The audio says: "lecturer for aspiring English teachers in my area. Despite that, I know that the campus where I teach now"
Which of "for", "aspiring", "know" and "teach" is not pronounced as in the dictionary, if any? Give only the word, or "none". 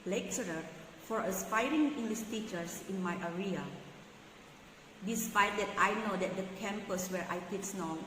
teach